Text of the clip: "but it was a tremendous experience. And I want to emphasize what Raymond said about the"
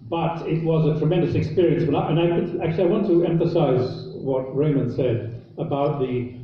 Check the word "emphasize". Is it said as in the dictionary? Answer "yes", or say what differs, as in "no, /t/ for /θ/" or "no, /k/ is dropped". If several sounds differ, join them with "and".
yes